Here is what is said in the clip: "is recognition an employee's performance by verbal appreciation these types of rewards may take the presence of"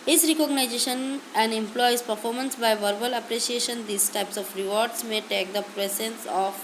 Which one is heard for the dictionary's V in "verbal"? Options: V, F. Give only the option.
V